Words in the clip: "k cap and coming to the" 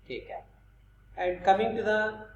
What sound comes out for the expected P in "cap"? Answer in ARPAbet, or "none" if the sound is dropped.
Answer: none